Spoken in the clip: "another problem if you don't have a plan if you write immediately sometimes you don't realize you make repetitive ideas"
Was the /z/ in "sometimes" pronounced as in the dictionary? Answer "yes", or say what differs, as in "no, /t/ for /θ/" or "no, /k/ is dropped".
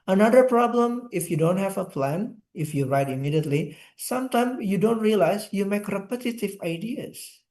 no, /z/ is dropped